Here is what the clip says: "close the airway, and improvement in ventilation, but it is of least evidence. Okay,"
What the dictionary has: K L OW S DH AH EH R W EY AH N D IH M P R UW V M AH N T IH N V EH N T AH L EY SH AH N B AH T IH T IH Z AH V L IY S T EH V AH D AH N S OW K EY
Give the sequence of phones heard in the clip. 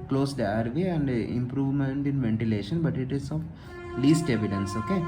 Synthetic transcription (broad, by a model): K L OW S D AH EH R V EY AH N D IH M P R UW V M AH N T IH N V EH N T AH L EY SH AH N B AH T IH T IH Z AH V L IY S T EH V AH D AH N S OW K EY